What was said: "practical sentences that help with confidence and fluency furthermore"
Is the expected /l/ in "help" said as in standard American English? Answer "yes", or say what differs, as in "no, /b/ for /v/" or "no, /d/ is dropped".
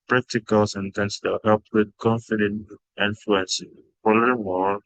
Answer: yes